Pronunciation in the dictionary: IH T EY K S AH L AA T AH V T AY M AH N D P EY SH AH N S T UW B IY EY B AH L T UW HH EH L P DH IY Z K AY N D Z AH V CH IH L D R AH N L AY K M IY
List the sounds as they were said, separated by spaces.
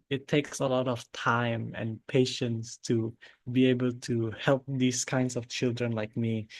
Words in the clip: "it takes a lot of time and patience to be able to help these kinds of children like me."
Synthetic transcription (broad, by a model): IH T EY K S AH L AA T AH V T AY M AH N P EY SH AH N S T UW B IY EY B AH L T UW HH EH L P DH IY S K AY N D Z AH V CH IH L D R AH N L AY K M IY